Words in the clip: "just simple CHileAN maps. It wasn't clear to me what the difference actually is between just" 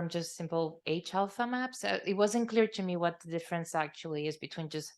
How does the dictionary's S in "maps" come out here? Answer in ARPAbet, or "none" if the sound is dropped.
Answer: S